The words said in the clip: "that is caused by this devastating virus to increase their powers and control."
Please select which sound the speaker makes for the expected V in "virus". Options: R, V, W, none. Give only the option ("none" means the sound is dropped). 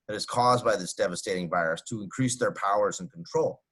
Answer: V